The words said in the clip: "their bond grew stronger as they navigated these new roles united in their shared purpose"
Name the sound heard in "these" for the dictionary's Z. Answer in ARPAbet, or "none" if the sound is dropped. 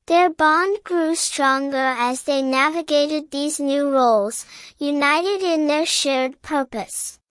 Z